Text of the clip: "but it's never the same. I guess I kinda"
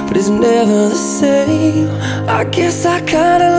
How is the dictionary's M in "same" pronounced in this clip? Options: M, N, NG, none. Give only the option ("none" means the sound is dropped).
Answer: none